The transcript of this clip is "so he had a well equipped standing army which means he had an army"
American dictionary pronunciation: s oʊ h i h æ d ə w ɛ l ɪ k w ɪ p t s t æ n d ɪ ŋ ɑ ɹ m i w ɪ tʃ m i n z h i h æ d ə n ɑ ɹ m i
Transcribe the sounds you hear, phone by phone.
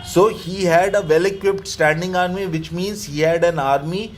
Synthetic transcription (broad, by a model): s oʊ h i h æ d ə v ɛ l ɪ k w ɪ p t s t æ n d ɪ ŋ ɑ ɹ m i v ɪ tʃ m i n z h i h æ d ə n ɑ ɹ m i